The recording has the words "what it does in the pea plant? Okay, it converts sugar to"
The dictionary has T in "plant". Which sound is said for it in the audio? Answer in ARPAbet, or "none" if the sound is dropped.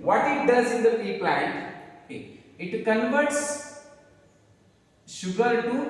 T